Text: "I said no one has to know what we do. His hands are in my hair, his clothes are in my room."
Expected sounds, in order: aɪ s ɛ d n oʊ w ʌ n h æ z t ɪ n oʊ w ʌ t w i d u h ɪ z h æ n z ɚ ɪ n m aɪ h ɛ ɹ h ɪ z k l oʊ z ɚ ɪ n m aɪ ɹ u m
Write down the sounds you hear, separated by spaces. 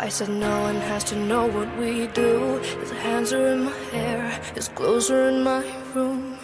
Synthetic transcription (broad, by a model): aɪ s ɛ d n oʊ w ʌ n h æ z t ɪ n oʊ w ʌ t w i d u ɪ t h æ n z ɚ ɪ n m aɪ h ɛ ɹ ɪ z k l oʊ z ɚ ɪ n m aɪ ɹ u m